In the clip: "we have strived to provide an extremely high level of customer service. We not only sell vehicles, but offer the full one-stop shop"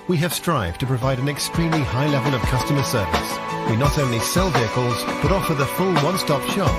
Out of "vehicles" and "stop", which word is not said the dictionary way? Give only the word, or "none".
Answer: none